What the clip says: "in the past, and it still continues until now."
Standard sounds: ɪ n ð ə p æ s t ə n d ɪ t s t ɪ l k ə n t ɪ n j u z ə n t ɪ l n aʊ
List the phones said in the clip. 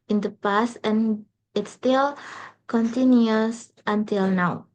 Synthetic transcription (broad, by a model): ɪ n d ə p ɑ s ə n ɪ t s t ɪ l k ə n t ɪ n j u s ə n t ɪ l n aʊ